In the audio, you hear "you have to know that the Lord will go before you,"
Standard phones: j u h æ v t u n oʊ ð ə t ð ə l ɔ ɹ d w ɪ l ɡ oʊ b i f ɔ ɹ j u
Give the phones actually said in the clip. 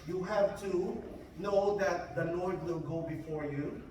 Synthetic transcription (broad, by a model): j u h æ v t u n oʊ ð ə t ð ə n ɔ ɹ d w ɪ l ɡ oʊ b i f ɔ ɹ j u